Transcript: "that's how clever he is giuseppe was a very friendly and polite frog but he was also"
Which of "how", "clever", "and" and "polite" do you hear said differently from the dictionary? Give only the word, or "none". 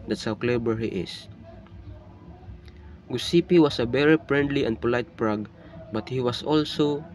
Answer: clever